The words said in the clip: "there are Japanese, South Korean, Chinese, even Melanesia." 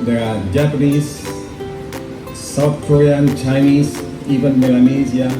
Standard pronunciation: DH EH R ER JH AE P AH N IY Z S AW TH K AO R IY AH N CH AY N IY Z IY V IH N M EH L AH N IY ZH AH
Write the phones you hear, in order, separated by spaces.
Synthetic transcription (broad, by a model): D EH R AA JH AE P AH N IY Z S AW T K AO R IY AH N CH AY N IY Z IY V IH N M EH L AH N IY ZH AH